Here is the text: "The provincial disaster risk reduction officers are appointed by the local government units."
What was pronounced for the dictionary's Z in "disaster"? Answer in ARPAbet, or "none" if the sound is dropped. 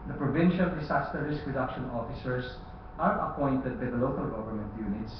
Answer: S